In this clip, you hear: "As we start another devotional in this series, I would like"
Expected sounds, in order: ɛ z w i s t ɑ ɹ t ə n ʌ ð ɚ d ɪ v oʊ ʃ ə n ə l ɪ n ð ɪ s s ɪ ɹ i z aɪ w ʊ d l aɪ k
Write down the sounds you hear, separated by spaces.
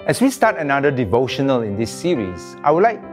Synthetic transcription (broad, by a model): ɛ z w i s t ɑ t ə n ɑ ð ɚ d ɪ v oʊ ʃ ə n ə l ɪ n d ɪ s s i ɹ i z aɪ w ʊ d l aɪ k